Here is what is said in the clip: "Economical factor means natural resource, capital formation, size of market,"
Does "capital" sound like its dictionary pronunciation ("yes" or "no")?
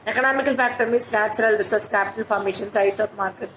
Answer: yes